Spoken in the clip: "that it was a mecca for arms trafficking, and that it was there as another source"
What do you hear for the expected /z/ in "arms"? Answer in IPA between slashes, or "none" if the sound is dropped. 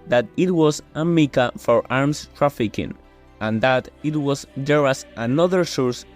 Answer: /s/